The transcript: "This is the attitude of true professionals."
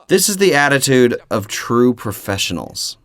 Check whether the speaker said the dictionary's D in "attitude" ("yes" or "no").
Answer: yes